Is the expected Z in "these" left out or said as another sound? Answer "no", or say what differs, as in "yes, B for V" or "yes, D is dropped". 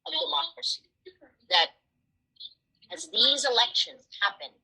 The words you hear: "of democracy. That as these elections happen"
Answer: no